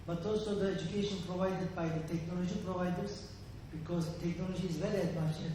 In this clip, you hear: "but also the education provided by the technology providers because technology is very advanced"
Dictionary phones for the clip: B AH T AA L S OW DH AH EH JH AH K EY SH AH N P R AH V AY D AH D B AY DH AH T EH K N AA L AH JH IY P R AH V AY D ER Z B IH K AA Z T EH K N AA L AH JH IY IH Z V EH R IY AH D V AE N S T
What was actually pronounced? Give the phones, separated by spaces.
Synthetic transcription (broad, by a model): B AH T AA L S OW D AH EH JH AH K EY SH AH N P R AH V AY D AH D B AY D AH T EH K N AA L AH JH IY P R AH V AY D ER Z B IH K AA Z T EH K N AA L AH JH IY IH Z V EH L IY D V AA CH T